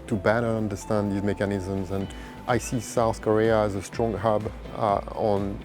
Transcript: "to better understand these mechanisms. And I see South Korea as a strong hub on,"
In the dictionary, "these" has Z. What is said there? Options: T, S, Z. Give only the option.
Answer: Z